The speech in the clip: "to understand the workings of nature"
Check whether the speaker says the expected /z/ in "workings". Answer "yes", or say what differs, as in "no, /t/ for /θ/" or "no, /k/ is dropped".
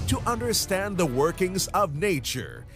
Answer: yes